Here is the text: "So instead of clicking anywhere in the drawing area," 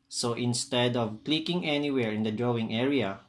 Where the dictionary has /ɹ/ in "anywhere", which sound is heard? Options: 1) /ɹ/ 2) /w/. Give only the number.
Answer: 1